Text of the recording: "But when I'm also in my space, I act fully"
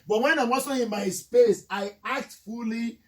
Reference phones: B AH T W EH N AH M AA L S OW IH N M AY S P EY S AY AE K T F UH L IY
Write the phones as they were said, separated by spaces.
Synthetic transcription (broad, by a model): B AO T W EH N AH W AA S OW IH N M AY S P EY S AY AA K T F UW L IY